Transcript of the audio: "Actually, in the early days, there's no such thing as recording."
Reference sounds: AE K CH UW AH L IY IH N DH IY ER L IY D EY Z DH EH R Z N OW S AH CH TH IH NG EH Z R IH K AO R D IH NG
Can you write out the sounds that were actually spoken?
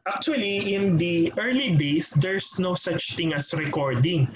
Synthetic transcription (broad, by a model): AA K CH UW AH L IY IH N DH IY ER L IY D EY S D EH R S N OW S AH CH T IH NG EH S R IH K AO R D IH NG